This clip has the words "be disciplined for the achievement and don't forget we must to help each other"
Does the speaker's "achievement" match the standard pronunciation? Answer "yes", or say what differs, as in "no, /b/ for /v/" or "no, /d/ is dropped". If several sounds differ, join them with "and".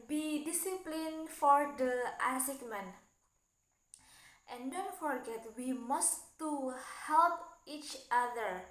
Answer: no, /s/ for /tʃ/